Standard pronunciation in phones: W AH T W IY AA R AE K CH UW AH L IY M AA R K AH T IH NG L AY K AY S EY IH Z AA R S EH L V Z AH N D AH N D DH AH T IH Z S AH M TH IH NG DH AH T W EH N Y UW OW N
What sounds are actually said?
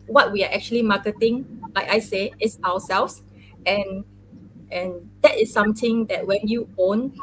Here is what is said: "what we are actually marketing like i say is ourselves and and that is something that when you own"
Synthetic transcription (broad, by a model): W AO T W IY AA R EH K CH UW AH L IY M AA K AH T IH NG L AY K AY S EY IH S AA W S EH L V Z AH N AH N D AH T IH S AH M T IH NG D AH T W EH N Y UW OW N